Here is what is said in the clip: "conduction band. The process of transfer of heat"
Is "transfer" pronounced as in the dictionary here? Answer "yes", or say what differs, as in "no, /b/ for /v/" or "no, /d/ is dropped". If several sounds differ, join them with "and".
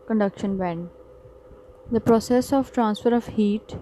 yes